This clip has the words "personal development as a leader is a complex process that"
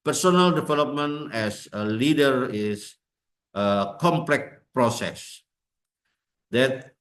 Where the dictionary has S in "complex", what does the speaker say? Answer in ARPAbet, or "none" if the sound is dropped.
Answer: none